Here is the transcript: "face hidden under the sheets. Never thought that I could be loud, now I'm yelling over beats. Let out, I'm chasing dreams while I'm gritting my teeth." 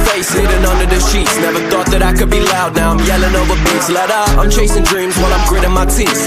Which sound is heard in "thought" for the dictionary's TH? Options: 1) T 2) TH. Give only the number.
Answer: 2